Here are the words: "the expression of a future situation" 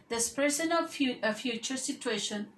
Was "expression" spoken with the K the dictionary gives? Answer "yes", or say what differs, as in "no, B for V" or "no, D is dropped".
no, K is dropped